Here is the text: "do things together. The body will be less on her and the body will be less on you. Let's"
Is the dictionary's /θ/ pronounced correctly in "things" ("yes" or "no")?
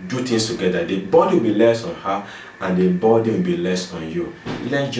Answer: no